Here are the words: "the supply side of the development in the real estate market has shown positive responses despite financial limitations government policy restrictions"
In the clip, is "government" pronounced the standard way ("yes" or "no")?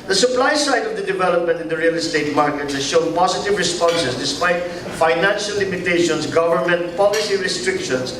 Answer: yes